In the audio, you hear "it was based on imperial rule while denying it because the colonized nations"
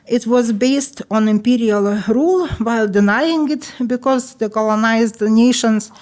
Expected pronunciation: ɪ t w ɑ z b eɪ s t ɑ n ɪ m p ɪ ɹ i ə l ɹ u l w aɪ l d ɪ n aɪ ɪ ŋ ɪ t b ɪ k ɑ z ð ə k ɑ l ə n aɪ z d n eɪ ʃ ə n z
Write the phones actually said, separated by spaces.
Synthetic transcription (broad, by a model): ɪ t w ɑ z b eɪ s t ɑ n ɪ m p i ɹ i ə l ɹ u l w aɪ l d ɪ n aɪ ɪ ŋ ɪ t b ɪ k ɑ z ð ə k ɑ l ə n aɪ z d n eɪ ʃ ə n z